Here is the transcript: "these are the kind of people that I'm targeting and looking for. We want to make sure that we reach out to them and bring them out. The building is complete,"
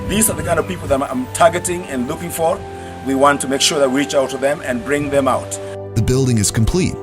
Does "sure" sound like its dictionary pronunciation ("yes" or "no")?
yes